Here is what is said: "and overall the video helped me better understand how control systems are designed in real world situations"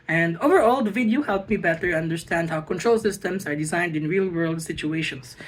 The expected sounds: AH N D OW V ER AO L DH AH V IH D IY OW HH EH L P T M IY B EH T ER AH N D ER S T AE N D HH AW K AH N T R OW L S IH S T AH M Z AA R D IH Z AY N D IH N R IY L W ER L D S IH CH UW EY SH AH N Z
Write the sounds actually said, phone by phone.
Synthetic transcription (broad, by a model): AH N D OW V ER AO L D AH V IH D IY OW HH EH L P M IY B EH T ER AH N D ER S T AE N D HH AW K AH N T R OW L S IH S T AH M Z AA R D IH Z AY N D IH N R IY L W ER L D S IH CH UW EY SH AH N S